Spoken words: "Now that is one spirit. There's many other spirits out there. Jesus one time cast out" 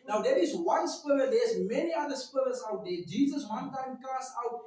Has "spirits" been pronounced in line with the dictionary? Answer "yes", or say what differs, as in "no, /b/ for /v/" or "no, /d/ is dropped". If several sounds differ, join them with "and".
no, /l/ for /ɹ/